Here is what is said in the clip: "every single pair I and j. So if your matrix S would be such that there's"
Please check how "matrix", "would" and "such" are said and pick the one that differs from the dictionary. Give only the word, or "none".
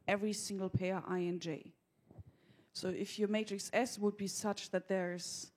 none